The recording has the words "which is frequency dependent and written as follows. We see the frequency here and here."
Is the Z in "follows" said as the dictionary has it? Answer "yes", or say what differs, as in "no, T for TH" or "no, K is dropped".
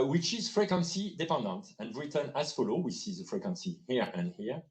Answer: no, Z is dropped